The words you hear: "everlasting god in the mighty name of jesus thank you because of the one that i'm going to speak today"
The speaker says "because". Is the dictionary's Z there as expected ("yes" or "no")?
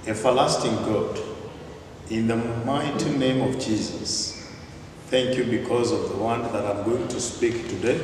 yes